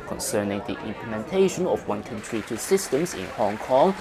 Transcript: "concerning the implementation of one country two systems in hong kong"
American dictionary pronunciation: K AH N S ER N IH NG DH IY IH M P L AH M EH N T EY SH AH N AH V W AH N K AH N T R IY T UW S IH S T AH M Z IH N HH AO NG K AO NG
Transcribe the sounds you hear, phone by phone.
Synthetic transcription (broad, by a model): K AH N S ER N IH NG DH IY IH M P L AH M EH N T EY SH AH N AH F W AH N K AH N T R IY T UW S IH S T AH M S IH N HH AO NG K AO NG